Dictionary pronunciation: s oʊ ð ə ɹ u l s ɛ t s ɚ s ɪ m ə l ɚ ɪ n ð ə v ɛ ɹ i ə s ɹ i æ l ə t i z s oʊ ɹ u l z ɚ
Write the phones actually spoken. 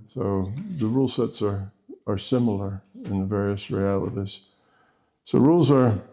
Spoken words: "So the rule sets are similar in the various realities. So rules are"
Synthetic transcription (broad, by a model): s oʊ ð ə ɹ u l s ɛ t s ɚ s ɪ m l ɚ ɪ n ð ə v ɛ ɹ i ə s ɹ i æ l ə t i z s oʊ ɹ u l z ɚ